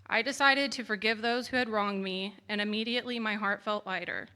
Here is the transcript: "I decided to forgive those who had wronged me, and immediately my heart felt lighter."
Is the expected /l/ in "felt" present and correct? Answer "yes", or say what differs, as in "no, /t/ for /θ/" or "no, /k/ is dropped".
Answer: yes